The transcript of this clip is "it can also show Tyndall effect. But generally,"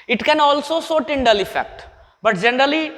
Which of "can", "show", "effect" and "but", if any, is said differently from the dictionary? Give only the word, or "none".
show